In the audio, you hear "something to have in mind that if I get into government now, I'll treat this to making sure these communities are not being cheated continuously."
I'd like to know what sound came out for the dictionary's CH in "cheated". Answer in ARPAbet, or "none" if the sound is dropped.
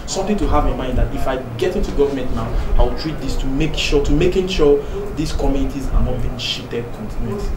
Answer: SH